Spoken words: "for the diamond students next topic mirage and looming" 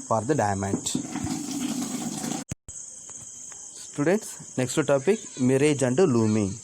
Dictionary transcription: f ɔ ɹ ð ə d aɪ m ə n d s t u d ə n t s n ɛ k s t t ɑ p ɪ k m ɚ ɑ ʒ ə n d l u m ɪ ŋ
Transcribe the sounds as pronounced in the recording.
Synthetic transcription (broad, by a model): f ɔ ɹ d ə d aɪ m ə n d s t u d ə n t s n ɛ k s t t ɑ p ɪ k m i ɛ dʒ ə n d l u m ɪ